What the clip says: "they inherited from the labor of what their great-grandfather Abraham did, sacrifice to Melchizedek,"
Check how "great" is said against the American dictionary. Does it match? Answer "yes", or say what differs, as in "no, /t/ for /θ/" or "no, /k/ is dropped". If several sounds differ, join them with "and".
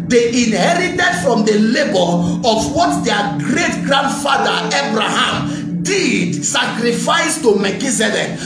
yes